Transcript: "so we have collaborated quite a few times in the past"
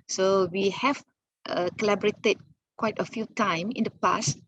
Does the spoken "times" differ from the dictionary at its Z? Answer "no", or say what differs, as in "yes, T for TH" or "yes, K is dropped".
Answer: yes, Z is dropped